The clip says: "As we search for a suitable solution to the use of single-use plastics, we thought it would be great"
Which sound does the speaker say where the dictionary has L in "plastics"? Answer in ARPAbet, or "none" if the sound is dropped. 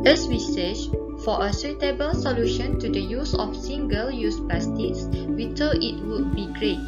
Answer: none